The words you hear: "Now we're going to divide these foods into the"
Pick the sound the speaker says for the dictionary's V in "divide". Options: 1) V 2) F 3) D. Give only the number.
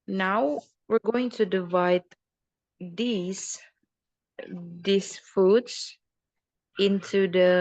1